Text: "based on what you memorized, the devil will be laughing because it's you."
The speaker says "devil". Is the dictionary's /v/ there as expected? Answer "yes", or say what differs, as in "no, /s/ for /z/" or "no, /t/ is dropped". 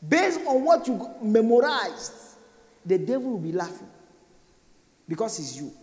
yes